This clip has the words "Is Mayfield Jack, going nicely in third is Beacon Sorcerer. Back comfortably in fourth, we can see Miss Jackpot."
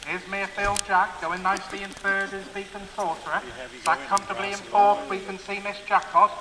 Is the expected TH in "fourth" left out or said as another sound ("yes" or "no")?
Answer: yes